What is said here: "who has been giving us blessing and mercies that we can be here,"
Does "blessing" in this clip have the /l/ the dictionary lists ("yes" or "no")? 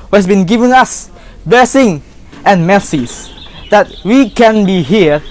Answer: no